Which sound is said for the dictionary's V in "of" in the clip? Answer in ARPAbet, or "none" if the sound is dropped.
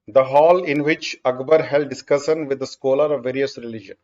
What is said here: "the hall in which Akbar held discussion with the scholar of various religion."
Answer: V